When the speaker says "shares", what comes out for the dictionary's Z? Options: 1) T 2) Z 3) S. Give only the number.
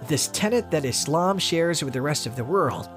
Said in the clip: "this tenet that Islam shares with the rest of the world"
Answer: 2